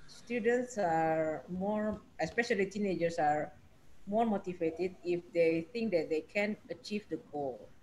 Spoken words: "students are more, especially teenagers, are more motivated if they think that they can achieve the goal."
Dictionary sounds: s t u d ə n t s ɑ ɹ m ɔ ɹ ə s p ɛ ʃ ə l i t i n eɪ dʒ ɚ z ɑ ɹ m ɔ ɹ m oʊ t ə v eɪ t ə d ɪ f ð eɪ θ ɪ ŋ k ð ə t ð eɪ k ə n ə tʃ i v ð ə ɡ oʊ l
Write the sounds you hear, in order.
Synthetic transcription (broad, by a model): s t u d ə n t s ɑ ɹ m ɔ ɹ ə s p ɛ ʃ ə l i t i n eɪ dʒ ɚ s ɑ ɹ m ɔ ɹ m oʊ t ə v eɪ t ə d ɪ f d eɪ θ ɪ ŋ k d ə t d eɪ k ə n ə tʃ i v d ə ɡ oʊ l